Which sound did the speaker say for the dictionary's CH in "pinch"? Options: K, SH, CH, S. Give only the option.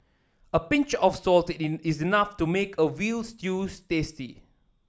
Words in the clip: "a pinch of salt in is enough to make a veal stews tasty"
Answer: CH